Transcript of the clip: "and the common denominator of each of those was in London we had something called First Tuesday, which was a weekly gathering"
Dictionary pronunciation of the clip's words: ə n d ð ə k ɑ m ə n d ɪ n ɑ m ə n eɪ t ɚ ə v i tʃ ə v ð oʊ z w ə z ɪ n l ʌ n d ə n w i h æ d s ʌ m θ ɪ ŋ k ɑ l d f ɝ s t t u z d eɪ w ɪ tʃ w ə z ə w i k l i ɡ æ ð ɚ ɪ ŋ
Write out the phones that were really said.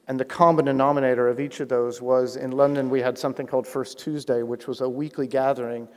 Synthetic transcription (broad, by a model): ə n ð ə k ɑ m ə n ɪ n ɑ m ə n eɪ t ɚ ə v i tʃ ə v ð oʊ z w ə z ɪ n l ʌ n d ə n w i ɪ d s ʌ m θ ɪ ŋ k ɑ l d f ɝ s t t u z d eɪ w ɪ tʃ w ə z ə w i k l i ɡ æ ð ɚ ɪ ŋ